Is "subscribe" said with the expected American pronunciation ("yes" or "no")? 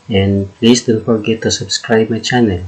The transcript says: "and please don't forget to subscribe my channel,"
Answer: yes